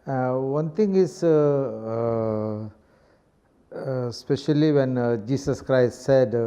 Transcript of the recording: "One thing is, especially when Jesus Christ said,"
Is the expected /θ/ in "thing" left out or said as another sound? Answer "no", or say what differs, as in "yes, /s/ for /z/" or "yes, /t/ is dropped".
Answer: yes, /t/ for /θ/